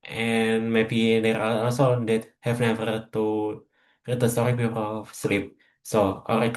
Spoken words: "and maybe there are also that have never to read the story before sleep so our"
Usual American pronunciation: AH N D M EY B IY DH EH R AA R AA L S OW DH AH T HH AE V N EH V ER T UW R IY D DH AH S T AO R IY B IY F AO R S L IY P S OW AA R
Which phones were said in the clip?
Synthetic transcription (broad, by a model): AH N M EY B IY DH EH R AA L AA L S OW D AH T HH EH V N EH V ER T UW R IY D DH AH S T AO R IY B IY P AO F S L IY P S OW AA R